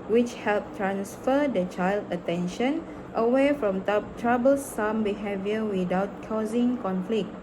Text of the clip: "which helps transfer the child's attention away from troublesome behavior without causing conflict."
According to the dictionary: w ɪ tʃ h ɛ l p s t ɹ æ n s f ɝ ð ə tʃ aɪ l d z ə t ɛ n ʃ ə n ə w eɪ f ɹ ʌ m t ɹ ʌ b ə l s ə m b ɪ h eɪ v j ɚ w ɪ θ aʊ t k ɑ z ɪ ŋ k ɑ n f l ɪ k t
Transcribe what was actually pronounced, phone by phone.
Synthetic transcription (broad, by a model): w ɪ tʃ h ɛ l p t ɹ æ n s f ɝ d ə tʃ aɪ l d ə t ɛ n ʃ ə n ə w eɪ f ɹ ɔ m t ɹ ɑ b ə l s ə m b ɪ h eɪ v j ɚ w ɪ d aʊ t k ɑ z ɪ ŋ k ɑ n f l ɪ k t